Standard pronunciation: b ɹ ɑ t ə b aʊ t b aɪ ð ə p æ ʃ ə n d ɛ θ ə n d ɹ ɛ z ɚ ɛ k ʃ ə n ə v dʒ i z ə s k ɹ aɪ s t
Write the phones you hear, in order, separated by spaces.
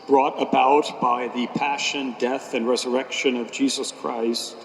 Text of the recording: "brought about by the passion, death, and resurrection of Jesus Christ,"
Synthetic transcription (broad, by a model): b ɹ ɑ t ə b aʊ t b aɪ ð ə p æ ʃ ə n d ɛ θ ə n ɹ ɛ z ɚ ɛ k ʃ ə n ə v dʒ i z ə s k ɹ aɪ s t